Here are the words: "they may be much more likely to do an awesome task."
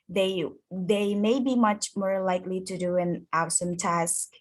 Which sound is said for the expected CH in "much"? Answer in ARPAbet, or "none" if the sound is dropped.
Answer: CH